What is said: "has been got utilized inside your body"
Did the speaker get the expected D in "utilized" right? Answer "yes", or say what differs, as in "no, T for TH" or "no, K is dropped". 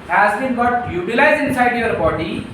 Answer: no, D is dropped